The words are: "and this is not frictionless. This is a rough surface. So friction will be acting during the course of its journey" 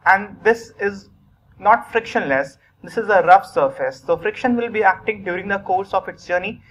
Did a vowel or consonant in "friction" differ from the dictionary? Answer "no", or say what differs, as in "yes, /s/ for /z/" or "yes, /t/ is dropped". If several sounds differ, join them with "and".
no